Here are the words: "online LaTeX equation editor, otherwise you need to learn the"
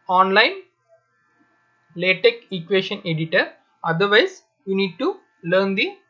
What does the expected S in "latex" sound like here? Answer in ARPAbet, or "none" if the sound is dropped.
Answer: none